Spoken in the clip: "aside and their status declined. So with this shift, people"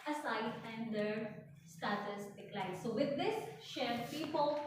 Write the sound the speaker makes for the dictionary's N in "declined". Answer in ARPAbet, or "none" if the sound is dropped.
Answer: none